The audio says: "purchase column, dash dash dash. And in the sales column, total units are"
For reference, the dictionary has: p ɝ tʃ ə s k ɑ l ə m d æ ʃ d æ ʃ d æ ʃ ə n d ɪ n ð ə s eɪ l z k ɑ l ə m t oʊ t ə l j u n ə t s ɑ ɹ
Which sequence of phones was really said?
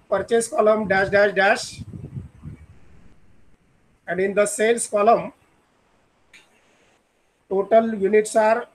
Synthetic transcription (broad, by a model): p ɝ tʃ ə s k ɑ l ə m d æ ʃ d æ ʃ d æ ʃ ə n d ɪ n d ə s eɪ l s k ɑ l ə m t oʊ t ə l j u n ə t s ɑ ɹ